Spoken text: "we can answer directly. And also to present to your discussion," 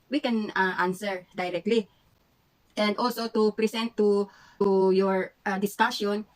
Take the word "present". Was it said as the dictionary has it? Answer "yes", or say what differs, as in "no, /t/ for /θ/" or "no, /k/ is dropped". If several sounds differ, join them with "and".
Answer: no, /s/ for /z/